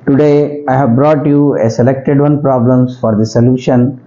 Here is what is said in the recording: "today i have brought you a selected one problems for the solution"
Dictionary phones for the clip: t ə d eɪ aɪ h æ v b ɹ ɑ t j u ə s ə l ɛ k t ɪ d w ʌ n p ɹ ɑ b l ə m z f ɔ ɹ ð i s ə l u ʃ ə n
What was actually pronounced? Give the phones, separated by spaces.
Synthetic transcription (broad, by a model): t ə d eɪ aɪ h æ v b ɹ ɑ t j u ə s ə l ɛ k t ɪ d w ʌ n p ɹ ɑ b l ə m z f ɔ ɹ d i s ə l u ʃ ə n